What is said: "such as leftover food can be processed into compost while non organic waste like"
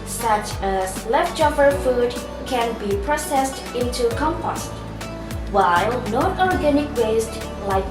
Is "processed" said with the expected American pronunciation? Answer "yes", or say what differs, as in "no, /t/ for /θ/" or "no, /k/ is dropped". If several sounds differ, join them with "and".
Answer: yes